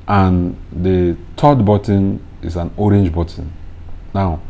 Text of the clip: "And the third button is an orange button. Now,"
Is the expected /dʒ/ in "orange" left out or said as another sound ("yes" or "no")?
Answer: no